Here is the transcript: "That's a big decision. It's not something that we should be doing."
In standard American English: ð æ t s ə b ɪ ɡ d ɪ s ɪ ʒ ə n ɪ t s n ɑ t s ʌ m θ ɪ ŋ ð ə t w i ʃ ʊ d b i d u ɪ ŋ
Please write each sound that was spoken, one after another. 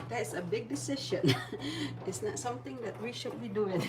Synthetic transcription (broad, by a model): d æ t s ə b ɪ ɡ d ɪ s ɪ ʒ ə n ɪ t s n ɑ t s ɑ m t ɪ ŋ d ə t w i ʃ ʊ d b i d u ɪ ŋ